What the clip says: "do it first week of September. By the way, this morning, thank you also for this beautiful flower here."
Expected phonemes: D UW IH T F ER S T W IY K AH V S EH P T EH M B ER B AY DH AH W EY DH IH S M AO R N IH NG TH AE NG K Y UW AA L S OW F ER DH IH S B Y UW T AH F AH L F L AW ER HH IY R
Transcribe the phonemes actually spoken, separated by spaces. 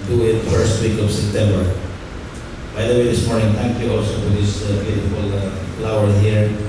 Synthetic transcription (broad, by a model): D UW IH T F ER S T W IY K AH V S EH P T EH M B ER B AY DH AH W EY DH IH S M AO R N IH NG T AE NG K Y UW AA L S OW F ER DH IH S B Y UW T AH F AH L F L AW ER HH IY R